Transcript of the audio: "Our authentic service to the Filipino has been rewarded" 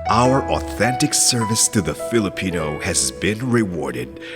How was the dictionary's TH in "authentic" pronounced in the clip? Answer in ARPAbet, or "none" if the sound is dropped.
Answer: TH